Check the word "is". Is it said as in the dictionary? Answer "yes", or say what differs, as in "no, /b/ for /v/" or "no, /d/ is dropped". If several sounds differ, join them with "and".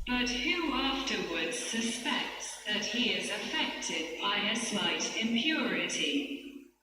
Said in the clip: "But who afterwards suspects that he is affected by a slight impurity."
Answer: yes